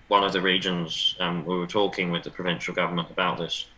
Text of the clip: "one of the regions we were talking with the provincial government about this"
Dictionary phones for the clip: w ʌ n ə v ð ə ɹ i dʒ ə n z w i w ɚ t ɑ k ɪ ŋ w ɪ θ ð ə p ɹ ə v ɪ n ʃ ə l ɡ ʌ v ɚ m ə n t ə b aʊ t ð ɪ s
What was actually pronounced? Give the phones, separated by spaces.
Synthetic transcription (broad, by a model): w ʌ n ə v ð ə ɹ i dʒ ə n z w i w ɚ t ɑ k ɪ ŋ w ɪ ð ə p ɹ ə v ɪ n ʃ ə l ɡ ʌ v ɚ m ə n t ə b aʊ t ð ɪ s